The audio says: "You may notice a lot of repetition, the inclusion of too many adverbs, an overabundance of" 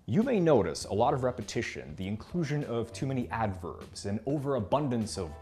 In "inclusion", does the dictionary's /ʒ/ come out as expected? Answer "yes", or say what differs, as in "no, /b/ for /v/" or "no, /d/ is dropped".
yes